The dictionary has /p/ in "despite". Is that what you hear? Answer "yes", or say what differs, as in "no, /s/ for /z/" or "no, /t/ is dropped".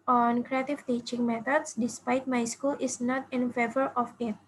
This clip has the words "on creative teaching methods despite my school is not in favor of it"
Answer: yes